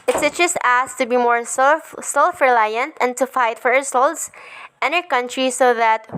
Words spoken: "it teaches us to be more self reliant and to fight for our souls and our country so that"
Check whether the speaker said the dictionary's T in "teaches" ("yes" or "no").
no